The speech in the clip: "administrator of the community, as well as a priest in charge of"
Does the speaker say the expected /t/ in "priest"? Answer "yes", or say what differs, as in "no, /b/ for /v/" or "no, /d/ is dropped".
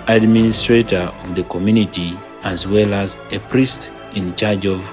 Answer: yes